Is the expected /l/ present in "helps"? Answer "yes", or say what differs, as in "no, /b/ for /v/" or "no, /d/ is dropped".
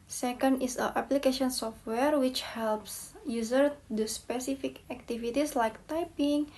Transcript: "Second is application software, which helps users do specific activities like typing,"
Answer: yes